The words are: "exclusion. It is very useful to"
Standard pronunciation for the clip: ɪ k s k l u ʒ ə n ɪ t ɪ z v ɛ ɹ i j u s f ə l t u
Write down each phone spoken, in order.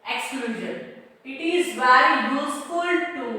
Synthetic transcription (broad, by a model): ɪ k s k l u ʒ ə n ɪ t ɪ z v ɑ i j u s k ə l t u